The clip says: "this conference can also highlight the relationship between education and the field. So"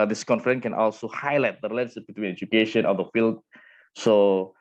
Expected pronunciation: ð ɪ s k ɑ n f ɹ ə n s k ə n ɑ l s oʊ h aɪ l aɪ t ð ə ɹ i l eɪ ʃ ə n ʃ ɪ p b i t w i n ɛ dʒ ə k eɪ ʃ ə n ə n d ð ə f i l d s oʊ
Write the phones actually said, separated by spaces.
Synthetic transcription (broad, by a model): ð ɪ s k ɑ n f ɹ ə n k ə n ɑ l s oʊ h aɪ l aɪ t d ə ɹ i l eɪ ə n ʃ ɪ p b i t w i n ɛ dʒ ə k eɪ ʃ ə n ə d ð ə f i l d s oʊ